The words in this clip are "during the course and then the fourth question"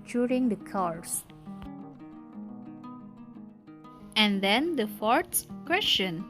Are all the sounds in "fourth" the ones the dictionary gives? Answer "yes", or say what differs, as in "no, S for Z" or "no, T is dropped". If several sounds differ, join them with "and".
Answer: no, S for TH